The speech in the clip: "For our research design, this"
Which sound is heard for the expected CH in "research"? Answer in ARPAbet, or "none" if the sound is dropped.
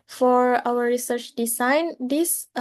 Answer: CH